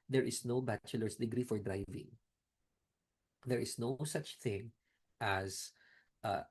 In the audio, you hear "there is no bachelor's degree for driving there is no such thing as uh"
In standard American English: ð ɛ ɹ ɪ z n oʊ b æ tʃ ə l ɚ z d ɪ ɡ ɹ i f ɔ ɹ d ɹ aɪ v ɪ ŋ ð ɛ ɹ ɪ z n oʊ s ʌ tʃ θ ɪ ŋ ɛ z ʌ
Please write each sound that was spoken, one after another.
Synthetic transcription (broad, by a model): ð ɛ ɹ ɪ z n oʊ b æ tʃ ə l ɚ s d ɪ ɡ ɹ i f ɔ ɹ d ɹ aɪ v ɪ ŋ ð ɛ ɹ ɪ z n oʊ s ʌ tʃ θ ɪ ŋ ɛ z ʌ